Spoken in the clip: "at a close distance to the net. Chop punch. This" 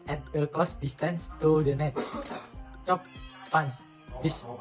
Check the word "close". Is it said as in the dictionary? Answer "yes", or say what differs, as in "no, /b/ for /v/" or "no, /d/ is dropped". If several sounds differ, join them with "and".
no, /l/ is dropped